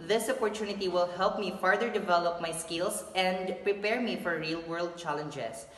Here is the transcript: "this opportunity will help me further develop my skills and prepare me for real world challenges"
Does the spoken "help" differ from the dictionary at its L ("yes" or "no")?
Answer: no